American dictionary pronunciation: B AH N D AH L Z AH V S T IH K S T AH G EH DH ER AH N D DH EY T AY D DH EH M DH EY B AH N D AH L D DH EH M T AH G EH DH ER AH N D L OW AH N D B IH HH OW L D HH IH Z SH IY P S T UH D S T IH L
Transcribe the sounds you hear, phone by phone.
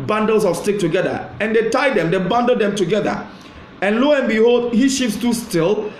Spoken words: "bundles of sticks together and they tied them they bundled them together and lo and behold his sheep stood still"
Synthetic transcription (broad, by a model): B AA N D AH L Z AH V S T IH K T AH G EH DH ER AH N D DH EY T AY D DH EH M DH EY B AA N D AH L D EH M T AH G EH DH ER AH N L OW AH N B IH HH OW L D HH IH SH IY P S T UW S T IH L